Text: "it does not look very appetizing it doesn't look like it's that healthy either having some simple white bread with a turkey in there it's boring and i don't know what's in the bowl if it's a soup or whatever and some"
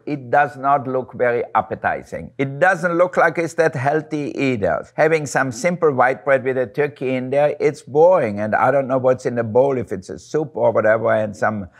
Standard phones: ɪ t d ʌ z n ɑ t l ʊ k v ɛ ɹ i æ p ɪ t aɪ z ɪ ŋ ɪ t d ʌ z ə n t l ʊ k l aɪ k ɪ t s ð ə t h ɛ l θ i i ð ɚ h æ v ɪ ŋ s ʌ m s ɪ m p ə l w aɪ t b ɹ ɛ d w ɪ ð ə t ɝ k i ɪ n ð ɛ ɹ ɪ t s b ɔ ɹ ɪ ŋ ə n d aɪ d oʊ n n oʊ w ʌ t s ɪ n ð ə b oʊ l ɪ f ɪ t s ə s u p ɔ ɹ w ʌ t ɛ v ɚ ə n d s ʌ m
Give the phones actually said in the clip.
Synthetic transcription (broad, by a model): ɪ t d ʌ z n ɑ t l ʊ k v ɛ ɹ i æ p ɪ t aɪ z ɪ ŋ ɪ t d ʌ z ə n t l ʊ k l aɪ k ɪ t s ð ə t h ɛ l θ i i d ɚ h æ v ɪ ŋ s ʌ m s ɪ m p l w aɪ t b ɹ ɛ d w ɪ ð ə t ɝ k i ɪ n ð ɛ ɹ ɪ t s b ɔ ɹ ɪ ŋ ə n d aɪ d oʊ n n oʊ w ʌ t s ɪ n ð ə b oʊ l ɪ f ɪ t s ə s u p ɔ ɹ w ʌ t ɛ v ɚ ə n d s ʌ m